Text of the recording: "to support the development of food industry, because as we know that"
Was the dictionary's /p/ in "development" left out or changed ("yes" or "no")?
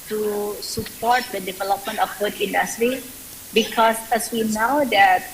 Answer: no